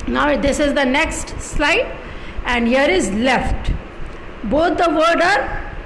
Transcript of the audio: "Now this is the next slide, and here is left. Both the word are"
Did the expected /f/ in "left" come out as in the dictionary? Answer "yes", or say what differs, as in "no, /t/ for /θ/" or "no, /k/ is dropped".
yes